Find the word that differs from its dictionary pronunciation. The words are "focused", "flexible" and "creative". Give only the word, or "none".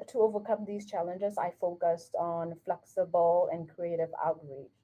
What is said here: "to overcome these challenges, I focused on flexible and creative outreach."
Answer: none